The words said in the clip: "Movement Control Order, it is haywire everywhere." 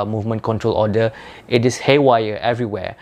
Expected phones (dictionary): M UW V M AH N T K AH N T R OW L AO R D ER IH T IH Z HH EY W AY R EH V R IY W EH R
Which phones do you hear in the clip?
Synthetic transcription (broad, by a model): M UW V M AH N K AH N T R OW L AO D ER IH T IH S HH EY W AY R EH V R IY W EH